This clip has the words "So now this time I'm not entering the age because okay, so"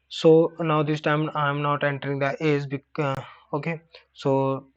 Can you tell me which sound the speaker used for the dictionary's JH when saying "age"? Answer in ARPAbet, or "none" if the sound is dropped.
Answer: Z